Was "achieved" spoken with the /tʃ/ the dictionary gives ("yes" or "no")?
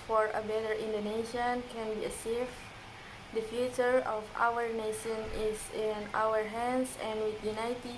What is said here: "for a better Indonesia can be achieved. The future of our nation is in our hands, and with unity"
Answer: no